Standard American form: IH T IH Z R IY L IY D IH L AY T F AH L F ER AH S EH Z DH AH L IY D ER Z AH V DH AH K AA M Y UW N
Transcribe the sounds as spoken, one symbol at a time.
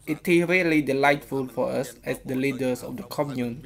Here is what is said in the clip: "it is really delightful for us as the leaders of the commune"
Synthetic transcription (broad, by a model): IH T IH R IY L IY D IH L AY T F AH L F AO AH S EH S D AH L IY D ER S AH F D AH K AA M Y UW N